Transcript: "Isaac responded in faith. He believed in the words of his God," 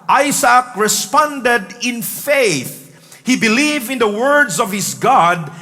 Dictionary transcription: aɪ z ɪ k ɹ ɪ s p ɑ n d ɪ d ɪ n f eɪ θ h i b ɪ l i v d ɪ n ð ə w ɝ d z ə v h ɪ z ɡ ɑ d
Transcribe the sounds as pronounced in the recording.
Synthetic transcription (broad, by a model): aɪ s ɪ k ɹ ɪ s p ɑ n d ɪ d ɪ n f eɪ θ h i b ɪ l i v ɪ n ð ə w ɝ d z ə v h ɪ s ɡ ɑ d